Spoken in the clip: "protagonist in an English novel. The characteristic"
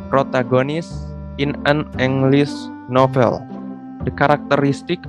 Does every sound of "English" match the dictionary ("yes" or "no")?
no